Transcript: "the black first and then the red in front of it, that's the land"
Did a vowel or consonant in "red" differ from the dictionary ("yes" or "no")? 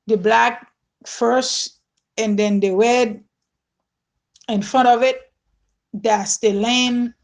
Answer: yes